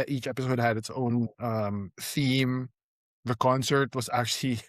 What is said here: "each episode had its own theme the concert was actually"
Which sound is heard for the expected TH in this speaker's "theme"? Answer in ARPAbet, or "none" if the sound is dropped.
TH